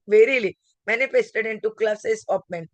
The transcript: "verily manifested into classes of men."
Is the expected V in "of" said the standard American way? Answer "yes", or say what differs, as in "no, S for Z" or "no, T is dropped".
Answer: no, P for V